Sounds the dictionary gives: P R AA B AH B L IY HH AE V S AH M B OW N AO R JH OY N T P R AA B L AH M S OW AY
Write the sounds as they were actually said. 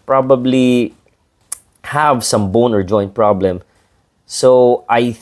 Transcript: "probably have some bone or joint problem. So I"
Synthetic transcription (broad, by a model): P R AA B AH B L IY HH AE V S AH M B OW N AO R JH OY N T P R AA B L AH M S OW AY